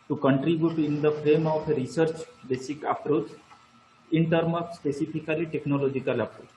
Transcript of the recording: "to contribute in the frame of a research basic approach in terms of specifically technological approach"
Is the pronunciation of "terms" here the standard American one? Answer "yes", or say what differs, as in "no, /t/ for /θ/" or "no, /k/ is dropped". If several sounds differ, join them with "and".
no, /z/ is dropped